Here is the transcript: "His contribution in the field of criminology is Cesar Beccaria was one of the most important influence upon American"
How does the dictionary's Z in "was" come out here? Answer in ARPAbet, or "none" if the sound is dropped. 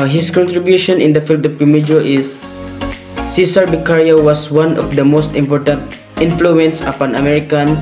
S